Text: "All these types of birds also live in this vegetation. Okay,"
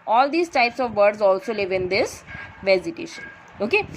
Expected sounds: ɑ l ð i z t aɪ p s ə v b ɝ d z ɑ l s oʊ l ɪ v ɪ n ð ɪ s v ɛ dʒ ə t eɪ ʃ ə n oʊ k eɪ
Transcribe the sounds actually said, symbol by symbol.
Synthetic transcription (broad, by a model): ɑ l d i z t aɪ p s ə v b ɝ d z ɑ l s oʊ l ɪ v ɪ n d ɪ s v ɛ z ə t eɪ ʃ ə n oʊ k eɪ